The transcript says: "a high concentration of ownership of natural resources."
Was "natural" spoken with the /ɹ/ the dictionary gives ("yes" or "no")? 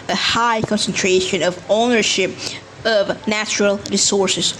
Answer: yes